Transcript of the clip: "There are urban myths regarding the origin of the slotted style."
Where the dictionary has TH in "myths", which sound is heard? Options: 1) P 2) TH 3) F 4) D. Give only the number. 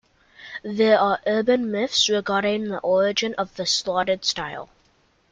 3